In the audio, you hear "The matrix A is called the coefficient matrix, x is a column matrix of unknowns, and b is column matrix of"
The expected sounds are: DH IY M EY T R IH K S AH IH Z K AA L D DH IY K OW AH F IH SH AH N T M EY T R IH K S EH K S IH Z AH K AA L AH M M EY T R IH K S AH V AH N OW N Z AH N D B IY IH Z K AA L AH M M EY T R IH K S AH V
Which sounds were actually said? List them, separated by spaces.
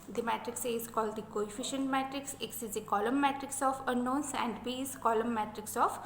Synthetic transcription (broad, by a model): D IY M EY T R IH K S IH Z K AA L D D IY K OW AH F IH SH AH N T M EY T R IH K S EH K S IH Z AH K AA L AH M M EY T R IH K S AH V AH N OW N S AH N D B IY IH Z K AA L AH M M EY T R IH K S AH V